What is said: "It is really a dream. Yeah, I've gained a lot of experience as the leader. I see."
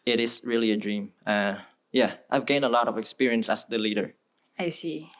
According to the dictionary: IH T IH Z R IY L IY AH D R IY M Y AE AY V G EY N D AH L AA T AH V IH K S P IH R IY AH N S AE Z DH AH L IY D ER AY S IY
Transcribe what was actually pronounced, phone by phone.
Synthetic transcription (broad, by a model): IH T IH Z R IY L IY AH D R IY M Y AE AY V G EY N AH L AA T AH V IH K S P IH R IY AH N S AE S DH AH L IY D ER AY S IY